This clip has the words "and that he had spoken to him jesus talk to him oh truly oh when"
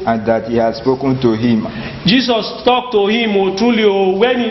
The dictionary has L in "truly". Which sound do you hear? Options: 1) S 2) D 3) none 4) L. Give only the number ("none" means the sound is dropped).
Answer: 4